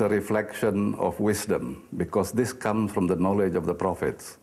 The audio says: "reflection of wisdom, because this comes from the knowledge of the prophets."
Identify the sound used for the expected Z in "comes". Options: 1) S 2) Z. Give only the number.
1